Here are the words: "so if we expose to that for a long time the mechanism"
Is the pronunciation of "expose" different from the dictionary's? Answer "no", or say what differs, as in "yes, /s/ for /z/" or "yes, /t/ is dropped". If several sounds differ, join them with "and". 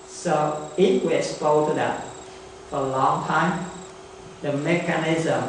yes, /z/ is dropped